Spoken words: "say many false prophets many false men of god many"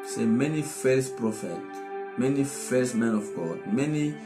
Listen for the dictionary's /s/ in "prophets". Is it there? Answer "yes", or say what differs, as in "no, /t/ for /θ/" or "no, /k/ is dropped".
no, /s/ is dropped